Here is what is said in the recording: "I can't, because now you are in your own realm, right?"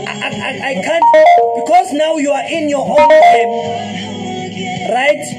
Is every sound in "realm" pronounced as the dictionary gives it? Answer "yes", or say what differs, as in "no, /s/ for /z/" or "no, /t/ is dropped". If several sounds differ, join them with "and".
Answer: no, /l/ is dropped